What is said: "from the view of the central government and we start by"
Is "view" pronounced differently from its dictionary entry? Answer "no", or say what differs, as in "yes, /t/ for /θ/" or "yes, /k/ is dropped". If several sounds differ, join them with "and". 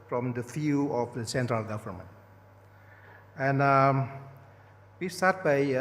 yes, /f/ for /v/